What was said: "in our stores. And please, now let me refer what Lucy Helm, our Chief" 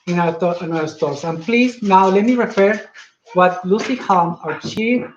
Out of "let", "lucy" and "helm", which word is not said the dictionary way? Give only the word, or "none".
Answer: helm